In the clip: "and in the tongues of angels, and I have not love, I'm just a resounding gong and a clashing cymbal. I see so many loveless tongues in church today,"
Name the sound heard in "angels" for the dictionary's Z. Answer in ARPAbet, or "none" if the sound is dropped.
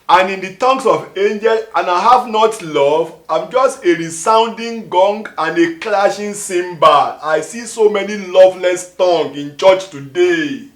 none